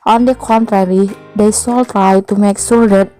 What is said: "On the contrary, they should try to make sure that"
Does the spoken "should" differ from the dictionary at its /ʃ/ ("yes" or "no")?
yes